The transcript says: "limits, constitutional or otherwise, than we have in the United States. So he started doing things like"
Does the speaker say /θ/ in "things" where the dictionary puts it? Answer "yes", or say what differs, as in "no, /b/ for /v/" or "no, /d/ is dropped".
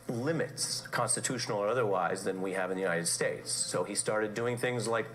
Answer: yes